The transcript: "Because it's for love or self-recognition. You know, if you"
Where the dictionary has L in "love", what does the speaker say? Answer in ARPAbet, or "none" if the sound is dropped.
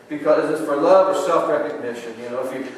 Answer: L